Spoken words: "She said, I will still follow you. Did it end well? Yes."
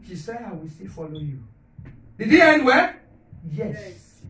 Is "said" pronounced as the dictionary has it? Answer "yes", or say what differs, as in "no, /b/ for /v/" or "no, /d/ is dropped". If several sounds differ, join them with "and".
no, /d/ is dropped